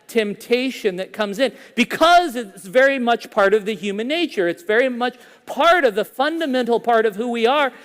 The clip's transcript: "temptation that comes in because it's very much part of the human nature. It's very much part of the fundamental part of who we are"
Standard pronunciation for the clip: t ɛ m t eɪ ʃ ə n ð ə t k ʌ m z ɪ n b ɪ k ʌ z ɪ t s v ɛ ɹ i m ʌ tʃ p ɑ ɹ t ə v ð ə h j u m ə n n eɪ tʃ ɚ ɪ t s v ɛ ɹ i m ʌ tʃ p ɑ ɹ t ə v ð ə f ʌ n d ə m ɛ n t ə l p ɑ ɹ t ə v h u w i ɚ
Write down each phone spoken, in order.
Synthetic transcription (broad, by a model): t ɛ m t eɪ ʃ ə n ð ə t k ʌ m z ɪ n b ɪ k ʌ z ɪ t s v ɛ ɹ i m ʌ tʃ p ɑ ɹ t ə v ð ə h j u m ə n n eɪ tʃ ɚ ɪ t s v ɛ ɹ i m ʌ tʃ p ɑ ɹ t ə v ð ə f ʌ n d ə m ɛ n t l p ɑ ɹ t ə v h u w i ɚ